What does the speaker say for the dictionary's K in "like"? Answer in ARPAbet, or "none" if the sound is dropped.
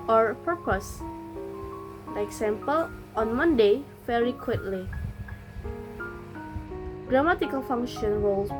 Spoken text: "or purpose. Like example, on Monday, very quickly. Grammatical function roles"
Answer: none